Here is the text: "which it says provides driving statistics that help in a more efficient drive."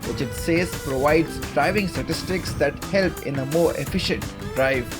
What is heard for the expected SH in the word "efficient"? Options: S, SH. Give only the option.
SH